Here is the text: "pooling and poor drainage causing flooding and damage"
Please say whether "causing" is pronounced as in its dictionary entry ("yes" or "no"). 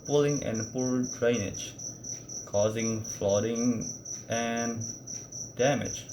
yes